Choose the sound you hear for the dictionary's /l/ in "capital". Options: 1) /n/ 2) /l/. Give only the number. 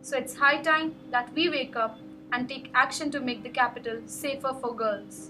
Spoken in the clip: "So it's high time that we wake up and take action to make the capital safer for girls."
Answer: 2